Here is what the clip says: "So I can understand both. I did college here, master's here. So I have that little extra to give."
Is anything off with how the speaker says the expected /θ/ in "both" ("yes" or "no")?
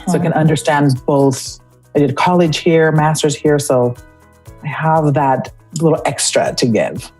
no